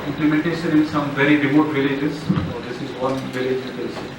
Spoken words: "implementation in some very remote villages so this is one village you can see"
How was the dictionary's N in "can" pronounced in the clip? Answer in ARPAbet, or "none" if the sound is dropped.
L